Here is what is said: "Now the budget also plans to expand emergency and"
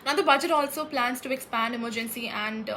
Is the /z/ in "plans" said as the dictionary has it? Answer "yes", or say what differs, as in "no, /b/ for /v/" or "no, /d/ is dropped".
no, /s/ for /z/